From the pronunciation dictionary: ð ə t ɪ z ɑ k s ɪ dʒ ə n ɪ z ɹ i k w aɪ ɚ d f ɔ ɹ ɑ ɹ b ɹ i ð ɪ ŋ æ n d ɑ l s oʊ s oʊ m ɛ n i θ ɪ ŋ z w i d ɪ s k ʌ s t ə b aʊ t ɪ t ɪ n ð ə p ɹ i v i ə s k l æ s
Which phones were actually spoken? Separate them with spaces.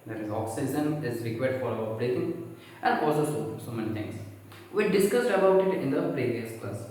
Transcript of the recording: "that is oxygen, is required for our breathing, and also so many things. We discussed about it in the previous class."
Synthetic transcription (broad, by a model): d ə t ɪ z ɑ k s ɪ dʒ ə n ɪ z ɹ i k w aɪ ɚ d f ɔ ɹ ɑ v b ɹ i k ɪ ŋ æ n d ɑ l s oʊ s oʊ m ɛ n i t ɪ ŋ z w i d ɪ s k ʌ s t ə b aʊ t ɪ t ɪ n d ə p ɹ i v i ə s k l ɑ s